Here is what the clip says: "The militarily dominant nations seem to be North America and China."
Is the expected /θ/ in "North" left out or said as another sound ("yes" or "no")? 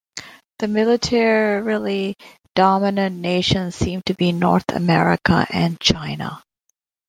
no